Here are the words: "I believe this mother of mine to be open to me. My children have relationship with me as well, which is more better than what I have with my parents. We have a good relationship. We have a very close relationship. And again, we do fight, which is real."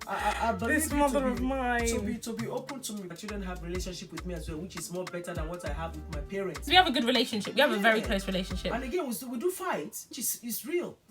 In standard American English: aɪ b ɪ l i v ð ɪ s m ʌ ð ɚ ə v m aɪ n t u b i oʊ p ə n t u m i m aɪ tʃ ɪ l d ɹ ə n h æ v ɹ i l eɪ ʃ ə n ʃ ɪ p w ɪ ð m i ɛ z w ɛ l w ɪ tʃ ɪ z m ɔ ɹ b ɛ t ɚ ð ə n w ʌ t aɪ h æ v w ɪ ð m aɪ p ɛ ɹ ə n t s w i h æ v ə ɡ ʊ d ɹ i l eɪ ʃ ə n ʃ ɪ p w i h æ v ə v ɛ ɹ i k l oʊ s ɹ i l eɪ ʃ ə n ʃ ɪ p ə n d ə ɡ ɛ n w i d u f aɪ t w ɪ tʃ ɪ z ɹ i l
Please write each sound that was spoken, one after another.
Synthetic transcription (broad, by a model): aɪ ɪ ɑ b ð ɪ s m ʌ ð ɚ ə v m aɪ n t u b i oʊ p ə n t u m i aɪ tʃ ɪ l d ɹ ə n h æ v ɹ i l eɪ ʃ ə n ʃ ɪ p w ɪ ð m i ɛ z w ɛ l w ɪ tʃ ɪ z m ɔ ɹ b ɛ t ɚ ð ə n w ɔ t aɪ h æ v w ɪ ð m aɪ p ɛ ɹ ə n t s w i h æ v ə ɡ ʊ d ɹ i l eɪ ʃ ə n ʃ ɪ p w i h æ v ə v ɛ ɹ i k l oʊ s ɹ i l eɪ ʃ ə n ʃ ɪ p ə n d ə ɡ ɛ n w i d u f aɪ t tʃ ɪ s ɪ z ɹ i l